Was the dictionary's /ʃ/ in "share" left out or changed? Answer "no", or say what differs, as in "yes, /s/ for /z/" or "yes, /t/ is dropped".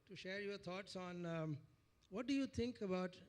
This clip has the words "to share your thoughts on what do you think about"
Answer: no